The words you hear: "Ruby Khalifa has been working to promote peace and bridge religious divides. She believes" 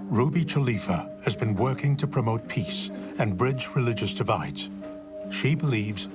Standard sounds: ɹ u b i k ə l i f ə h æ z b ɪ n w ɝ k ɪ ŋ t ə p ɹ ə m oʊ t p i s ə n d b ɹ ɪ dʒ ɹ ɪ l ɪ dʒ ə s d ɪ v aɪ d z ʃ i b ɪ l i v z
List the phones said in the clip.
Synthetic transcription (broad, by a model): ɹ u b i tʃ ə l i f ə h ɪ z b ɪ n w ɝ k ɪ ŋ t ə p ɹ ə m oʊ t p i s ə n b ɹ ɪ dʒ ɹ ɪ l ɪ dʒ ə s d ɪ v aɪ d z ʃ i b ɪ l i v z